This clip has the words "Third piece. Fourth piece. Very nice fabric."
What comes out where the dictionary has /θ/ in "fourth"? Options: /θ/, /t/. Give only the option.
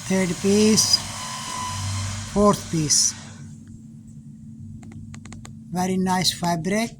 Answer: /t/